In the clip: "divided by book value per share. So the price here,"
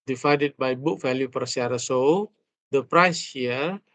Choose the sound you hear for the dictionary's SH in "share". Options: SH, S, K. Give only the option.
S